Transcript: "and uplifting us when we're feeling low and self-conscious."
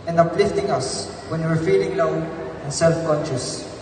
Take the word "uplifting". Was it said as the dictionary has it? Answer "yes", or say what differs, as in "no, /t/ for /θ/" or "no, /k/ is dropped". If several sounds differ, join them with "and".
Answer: yes